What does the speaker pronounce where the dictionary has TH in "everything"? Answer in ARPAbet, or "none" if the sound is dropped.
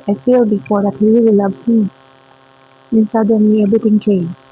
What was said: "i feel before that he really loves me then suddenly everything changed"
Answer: T